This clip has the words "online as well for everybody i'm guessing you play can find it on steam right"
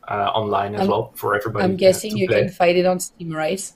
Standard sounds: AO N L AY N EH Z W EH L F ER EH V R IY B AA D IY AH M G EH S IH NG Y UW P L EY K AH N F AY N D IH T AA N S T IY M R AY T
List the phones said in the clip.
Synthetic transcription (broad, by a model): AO N L AY N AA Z W EH L F ER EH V R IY B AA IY AH M G EH S IH NG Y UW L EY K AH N F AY D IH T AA N S T IY M R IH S